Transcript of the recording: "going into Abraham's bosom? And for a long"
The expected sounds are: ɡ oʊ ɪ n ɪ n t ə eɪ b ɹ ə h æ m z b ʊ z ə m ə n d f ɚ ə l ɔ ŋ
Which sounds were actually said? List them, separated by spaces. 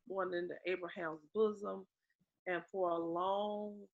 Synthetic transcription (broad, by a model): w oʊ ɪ n ɪ n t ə eɪ b ɹ ə h æ m z b ʊ z ə m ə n f ɚ ə l ɔ ŋ